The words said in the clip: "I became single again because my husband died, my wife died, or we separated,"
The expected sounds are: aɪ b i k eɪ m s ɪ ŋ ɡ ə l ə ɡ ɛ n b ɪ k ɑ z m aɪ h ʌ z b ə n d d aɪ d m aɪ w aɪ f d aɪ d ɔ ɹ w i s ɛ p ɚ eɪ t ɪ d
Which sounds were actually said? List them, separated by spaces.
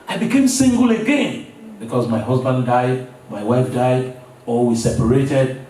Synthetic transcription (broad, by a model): aɪ b i k eɪ m s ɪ ŋ ɡ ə l ə ɡ ɛ n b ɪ k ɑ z m aɪ h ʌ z b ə n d d aɪ d m aɪ w aɪ f d aɪ d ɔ l w i s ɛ p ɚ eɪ t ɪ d